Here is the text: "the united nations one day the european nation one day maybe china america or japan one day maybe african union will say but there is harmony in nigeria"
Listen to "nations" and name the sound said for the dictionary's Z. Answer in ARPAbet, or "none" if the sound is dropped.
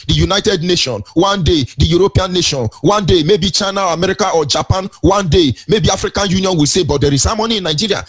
none